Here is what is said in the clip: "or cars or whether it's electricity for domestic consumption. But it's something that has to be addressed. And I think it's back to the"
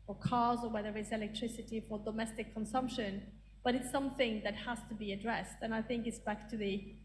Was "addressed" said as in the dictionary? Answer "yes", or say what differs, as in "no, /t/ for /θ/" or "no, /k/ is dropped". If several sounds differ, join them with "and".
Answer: yes